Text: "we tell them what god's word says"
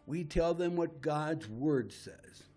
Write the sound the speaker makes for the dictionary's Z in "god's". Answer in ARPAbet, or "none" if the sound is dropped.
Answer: Z